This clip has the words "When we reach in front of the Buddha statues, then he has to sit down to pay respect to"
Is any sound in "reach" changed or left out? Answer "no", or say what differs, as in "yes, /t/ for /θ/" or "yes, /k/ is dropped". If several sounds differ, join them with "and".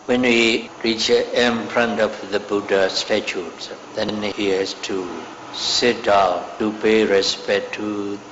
no